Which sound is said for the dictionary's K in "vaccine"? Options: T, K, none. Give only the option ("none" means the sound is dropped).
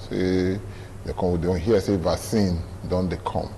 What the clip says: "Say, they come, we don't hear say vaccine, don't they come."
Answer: none